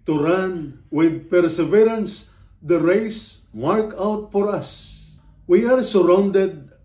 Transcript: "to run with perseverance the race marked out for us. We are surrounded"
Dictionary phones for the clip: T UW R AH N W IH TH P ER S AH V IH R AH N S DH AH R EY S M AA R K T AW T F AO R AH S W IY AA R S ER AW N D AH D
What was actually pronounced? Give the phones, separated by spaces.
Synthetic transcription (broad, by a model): T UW R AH N W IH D P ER S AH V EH R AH N S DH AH R EY S M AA R K AW T F AO R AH S W IY AA R S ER AW N D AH D